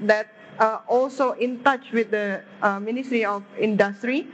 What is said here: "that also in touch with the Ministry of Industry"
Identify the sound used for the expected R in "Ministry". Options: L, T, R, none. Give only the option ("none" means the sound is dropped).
R